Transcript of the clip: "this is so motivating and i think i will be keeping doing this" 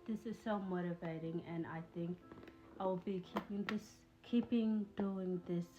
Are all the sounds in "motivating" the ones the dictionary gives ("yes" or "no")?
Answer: yes